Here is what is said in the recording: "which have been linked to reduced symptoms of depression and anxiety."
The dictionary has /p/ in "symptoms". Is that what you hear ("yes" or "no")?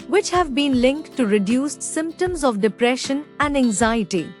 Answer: yes